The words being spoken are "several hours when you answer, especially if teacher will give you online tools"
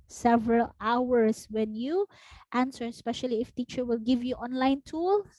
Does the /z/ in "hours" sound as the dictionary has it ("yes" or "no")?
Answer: no